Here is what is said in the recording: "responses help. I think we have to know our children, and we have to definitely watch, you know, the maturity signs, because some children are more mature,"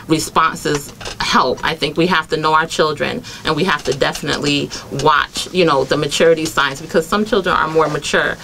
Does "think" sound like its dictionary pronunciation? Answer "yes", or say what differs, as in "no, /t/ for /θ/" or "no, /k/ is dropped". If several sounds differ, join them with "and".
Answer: yes